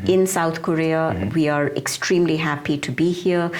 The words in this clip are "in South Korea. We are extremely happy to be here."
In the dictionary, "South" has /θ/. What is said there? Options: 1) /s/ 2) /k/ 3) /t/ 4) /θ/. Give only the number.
3